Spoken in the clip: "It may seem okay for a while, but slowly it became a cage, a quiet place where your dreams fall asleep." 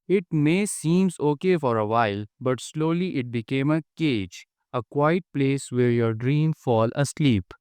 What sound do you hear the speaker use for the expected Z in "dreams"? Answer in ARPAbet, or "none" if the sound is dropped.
none